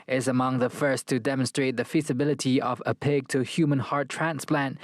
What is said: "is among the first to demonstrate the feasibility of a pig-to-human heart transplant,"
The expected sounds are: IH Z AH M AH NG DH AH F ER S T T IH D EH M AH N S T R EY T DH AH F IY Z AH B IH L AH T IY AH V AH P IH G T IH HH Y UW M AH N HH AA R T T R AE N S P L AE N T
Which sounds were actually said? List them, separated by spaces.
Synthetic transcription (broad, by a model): IH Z AH M AH NG DH AH F ER S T T IH D EH M AH N S T R EY T DH AH F IY Z AH B IH L AH T IY AH V AH P IH G T IH HH Y UW M AH N HH AA R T T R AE N S P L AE N T